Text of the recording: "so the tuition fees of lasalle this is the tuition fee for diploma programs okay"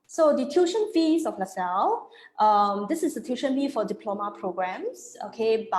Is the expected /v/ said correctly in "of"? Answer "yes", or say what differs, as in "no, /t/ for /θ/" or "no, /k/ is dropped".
no, /f/ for /v/